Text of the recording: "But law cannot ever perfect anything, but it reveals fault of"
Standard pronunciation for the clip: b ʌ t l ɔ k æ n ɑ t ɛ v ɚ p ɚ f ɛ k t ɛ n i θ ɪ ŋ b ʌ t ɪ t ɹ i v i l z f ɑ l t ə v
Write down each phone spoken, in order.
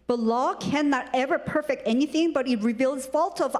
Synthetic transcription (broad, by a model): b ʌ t l ɔ k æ n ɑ t ɛ v ɚ p ɚ f ɛ k t ɛ n i θ ɪ ŋ b ʌ t ɪ t ɹ i v i l z f ɑ l t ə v